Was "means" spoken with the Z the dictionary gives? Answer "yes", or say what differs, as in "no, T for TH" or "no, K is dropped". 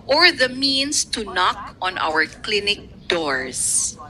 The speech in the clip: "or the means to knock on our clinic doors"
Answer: no, S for Z